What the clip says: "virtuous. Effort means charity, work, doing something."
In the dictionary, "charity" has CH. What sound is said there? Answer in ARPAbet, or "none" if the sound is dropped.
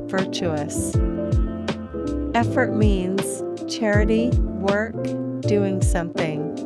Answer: CH